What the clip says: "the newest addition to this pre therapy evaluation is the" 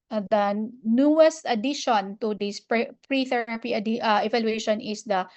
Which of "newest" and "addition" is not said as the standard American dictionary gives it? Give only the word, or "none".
none